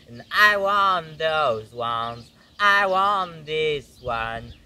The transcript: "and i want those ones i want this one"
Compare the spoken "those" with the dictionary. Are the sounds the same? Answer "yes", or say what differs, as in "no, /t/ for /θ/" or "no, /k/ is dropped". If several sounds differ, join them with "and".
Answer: yes